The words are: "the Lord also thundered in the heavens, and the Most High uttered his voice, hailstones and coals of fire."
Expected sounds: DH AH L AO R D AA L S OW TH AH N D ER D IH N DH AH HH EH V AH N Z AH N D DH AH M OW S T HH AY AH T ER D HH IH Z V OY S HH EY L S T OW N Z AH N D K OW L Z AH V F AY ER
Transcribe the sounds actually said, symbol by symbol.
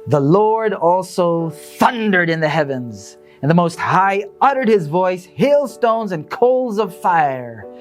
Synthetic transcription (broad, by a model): DH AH L AO R D AA L S OW TH AH N D ER D IH N DH AH HH EH V AH N Z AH N DH AH M OW S T HH AY AH T ER D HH IH Z V OY S HH EY L S T OW N Z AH N K OW L Z AH V F AY ER